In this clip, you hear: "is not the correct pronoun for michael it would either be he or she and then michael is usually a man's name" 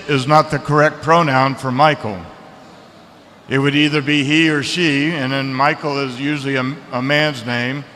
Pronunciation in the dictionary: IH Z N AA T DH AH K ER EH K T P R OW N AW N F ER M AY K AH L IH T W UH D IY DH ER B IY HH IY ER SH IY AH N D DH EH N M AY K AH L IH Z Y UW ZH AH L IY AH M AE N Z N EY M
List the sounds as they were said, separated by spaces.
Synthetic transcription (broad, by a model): IH Z N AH T DH AH K ER EH K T P R OW N AW N F ER M AY K L IH T W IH D IY DH ER B IY HH IY ER SH IY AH N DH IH N M AY K L IH Z Y UW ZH L IY AH M AE N Z N EY M